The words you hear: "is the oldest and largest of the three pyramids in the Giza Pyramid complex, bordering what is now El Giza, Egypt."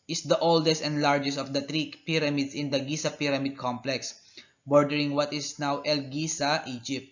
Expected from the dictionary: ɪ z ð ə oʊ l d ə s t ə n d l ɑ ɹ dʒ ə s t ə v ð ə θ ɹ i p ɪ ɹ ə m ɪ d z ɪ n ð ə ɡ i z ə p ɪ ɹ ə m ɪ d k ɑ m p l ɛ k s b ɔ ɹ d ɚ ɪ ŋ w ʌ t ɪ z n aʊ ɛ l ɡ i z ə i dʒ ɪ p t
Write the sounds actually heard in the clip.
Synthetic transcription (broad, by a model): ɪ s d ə oʊ l d ə s t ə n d l ɑ ɹ dʒ ə s t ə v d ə t ɹ i p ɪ ɹ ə m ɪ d s ɪ n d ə ɡ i s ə p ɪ ɹ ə m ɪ d k ɑ m p l ɛ k s b ɔ ɹ d ɚ ɪ ŋ w ʌ t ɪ s n aʊ ɛ l ɡ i s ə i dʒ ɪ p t